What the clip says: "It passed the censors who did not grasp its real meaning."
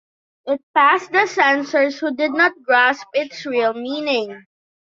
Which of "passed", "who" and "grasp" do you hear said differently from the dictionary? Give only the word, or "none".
none